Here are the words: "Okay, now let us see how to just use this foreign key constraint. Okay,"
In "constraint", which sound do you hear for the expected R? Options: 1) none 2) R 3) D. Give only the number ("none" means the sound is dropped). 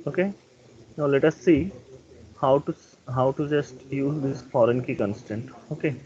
1